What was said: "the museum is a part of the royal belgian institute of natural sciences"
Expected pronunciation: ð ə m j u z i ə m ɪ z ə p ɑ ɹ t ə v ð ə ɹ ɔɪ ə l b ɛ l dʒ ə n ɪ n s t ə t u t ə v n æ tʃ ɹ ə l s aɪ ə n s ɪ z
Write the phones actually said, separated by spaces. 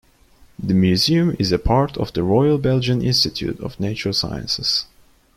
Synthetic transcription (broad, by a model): ð ə m j u z i ə m ɪ z ə p ɑ ɹ t ə v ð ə ɹ ɔɪ ə l b ɛ l dʒ ə n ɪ n s t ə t u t ə v n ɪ tʃ ə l s aɪ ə n s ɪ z